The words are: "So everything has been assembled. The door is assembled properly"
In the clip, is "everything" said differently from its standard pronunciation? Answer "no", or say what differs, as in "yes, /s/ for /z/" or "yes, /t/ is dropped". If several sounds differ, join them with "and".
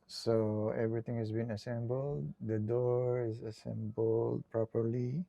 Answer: yes, /t/ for /θ/